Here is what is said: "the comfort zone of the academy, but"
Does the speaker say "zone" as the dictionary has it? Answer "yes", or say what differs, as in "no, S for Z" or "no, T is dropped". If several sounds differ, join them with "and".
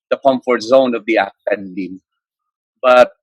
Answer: yes